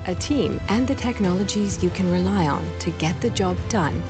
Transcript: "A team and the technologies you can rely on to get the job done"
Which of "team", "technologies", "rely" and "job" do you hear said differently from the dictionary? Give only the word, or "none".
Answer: none